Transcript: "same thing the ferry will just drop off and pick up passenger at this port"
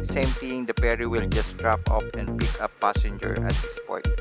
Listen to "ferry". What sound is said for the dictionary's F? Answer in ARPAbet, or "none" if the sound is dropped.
P